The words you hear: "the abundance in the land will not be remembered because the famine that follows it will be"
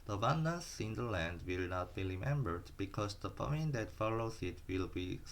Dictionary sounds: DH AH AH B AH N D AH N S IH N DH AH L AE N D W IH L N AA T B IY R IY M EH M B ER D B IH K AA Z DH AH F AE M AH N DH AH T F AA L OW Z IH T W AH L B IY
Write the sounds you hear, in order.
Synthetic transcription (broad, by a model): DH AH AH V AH N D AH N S IH N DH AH L AE N D W IH L N AA T B IY R IY M EH M B ER D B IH K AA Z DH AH P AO AH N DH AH T F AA L OW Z IH T W AH L B IY